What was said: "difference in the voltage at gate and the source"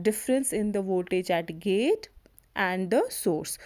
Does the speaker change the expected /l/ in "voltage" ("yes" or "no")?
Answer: yes